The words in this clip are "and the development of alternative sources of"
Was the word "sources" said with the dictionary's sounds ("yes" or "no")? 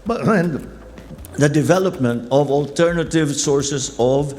no